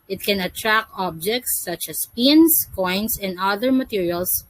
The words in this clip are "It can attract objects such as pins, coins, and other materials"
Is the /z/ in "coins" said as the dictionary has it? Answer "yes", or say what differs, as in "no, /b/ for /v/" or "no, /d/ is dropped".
no, /s/ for /z/